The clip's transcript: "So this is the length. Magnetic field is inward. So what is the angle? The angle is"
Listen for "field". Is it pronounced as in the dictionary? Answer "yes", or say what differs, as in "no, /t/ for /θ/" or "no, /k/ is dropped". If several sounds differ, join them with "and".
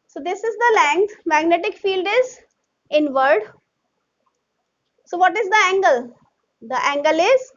yes